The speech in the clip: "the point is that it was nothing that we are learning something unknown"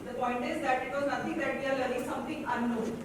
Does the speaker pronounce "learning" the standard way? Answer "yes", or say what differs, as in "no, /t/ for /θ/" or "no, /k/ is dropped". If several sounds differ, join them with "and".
no, /n/ is dropped